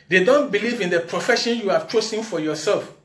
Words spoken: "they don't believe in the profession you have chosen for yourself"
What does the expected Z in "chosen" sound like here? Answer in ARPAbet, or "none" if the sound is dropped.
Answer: S